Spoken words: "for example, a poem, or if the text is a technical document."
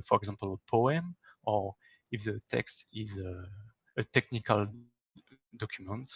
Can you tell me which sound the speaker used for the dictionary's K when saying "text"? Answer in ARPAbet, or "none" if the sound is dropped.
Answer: K